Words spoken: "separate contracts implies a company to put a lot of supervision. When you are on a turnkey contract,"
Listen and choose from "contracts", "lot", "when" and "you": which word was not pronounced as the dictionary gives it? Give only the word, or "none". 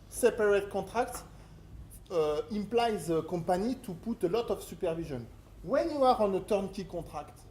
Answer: contracts